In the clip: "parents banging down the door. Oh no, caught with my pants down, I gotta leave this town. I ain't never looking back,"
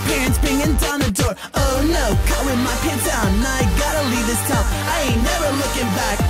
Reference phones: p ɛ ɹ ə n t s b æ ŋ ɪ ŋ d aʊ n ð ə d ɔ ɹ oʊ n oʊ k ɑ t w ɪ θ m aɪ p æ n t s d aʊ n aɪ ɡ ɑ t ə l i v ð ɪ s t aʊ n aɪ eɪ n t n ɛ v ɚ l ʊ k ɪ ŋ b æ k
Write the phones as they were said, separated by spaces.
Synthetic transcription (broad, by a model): p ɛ ɹ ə n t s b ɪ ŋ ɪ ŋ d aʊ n ð ə d ɔ ɹ oʊ n oʊ k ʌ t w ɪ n m aɪ p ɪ t d aʊ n aɪ ɡ ɑ t ə l i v ð ɪ s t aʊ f aɪ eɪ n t n ɛ v ɚ l ʊ k ɪ ŋ b æ k